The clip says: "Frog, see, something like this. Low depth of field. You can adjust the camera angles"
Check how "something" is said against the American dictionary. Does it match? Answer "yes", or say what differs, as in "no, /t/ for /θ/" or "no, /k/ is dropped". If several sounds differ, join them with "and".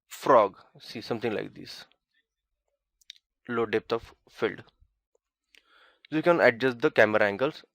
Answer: no, /t/ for /θ/